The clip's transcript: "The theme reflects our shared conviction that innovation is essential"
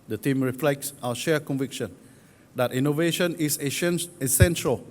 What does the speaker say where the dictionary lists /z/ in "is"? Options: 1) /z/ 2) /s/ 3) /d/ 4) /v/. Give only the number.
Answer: 2